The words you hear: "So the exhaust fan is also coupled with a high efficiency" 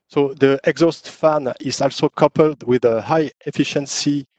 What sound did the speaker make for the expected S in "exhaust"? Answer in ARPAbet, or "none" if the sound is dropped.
S